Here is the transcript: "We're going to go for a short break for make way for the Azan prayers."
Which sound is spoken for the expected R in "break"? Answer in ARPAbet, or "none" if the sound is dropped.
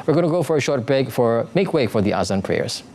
none